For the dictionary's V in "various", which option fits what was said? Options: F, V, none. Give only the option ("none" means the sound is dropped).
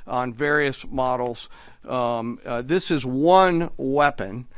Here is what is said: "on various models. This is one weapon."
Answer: V